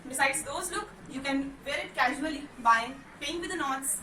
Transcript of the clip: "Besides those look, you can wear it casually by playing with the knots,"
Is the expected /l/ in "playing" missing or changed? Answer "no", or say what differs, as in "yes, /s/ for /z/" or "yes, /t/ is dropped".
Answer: yes, /l/ is dropped